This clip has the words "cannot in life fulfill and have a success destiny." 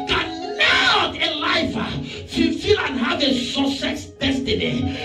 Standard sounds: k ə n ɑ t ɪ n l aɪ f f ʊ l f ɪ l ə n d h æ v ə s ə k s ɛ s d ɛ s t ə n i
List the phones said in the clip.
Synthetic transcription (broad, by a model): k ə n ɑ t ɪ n l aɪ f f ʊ f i l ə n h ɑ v ə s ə s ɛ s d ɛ s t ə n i